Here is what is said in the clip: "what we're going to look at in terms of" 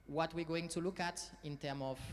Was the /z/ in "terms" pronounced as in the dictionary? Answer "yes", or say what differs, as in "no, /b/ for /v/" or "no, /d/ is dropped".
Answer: no, /z/ is dropped